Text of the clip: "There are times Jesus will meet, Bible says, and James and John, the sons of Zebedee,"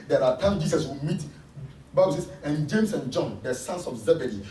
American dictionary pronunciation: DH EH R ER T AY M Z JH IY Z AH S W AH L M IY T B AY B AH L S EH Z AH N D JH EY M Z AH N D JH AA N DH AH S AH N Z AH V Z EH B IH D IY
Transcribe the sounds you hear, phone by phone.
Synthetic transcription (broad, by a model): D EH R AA T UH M JH IY S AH S W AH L M IY T B AY B AH L S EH S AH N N JH EY M S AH N JH AA N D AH S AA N S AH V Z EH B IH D IY